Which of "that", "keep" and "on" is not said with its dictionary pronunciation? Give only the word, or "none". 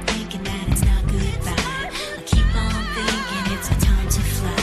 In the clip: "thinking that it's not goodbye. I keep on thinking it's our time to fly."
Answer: on